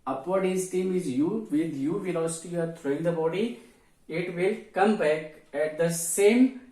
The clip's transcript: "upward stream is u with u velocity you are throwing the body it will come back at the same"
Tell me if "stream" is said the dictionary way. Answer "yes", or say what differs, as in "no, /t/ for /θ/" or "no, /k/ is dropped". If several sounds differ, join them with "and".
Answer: no, /ɹ/ is dropped